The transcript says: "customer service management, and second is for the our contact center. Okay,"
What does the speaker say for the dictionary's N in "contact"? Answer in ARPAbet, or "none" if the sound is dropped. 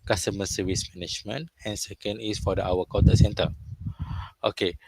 none